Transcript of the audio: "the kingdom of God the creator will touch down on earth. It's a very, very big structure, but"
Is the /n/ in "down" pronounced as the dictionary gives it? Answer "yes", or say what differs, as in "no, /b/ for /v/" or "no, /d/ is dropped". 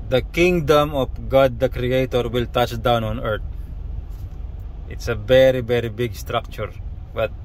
yes